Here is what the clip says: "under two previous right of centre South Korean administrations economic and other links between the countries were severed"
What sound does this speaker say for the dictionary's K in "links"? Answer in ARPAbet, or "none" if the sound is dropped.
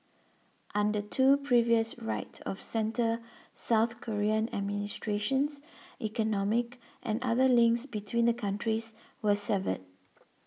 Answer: K